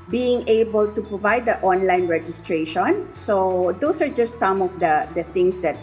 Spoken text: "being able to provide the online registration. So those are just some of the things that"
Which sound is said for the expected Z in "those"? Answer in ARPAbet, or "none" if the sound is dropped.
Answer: S